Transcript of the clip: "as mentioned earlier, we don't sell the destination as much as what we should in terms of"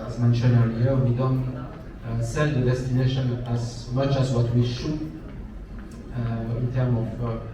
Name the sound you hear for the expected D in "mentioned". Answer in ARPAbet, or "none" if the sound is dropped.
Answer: none